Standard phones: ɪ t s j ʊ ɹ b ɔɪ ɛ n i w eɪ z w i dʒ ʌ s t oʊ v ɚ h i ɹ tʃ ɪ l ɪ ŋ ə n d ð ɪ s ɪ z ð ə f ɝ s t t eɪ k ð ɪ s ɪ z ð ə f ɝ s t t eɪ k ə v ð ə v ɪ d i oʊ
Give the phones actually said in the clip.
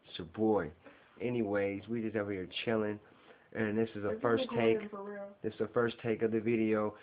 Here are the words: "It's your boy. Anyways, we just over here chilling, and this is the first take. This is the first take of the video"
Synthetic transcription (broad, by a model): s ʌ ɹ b ɔɪ ɛ n i w eɪ z w i dʒ ʌ s t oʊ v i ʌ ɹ tʃ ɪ l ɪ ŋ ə n ð ɪ s ɪ z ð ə f ɝ s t t eɪ k ð ɪ s ɪ z ð ə f ɝ s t t eɪ k ə v ð ə v ɪ d i oʊ